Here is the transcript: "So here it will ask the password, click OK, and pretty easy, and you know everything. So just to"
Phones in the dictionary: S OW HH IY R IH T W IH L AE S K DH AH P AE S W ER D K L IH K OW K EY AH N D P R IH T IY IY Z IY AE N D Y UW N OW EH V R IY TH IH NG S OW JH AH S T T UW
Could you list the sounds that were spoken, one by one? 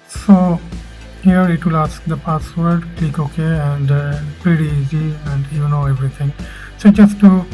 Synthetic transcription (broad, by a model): S OW HH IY R IH T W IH L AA S K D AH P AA S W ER D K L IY K OW K EY AH N D P R IH T IY IY Z IY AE N D Y UW N OW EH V R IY T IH NG S OW JH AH S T T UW